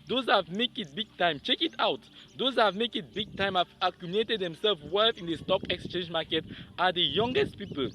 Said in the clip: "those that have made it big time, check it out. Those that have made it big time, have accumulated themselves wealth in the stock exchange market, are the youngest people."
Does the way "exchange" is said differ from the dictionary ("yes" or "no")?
no